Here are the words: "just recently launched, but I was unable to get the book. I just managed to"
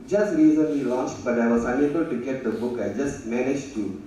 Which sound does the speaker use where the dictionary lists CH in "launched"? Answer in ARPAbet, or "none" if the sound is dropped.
CH